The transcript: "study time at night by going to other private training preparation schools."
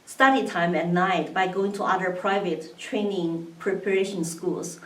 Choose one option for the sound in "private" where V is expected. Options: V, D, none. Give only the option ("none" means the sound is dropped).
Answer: V